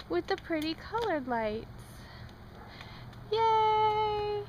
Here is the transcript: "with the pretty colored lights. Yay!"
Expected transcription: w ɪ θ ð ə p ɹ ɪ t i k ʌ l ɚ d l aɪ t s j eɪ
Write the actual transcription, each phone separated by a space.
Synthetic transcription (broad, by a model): w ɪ ð ə p ɹ ɪ t i k ʌ l ɚ d l aɪ t s j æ